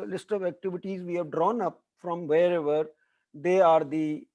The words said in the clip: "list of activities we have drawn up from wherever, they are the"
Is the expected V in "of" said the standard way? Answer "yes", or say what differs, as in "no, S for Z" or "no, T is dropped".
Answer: yes